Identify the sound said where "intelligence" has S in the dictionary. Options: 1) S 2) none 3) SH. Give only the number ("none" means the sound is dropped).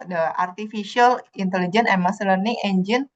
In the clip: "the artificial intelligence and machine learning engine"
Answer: 2